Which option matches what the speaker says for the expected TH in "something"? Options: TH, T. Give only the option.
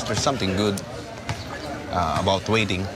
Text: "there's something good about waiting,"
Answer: T